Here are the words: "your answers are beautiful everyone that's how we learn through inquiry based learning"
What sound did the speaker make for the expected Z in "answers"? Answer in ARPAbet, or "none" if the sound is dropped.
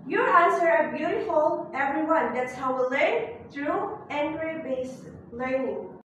none